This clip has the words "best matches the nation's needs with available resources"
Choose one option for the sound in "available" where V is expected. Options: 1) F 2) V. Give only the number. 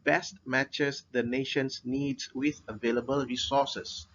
2